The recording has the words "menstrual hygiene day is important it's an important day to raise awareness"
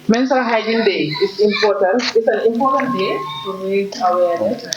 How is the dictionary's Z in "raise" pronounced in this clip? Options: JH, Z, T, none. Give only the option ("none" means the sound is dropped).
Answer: none